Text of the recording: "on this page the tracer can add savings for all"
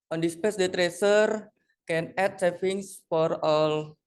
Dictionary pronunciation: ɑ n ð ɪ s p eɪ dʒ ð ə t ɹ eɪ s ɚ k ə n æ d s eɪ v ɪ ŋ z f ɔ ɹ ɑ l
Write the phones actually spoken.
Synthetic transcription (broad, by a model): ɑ n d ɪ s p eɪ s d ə t ɹ eɪ s ɚ k ə n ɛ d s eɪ f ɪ ŋ s f ɔ ɹ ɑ l